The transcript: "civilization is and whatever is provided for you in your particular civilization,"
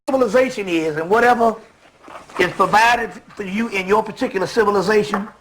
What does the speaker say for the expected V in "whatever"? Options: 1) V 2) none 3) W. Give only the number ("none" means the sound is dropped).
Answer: 1